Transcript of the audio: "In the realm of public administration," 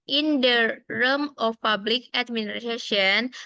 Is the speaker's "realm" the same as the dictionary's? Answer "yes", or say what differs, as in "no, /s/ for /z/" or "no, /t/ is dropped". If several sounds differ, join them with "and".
no, /l/ is dropped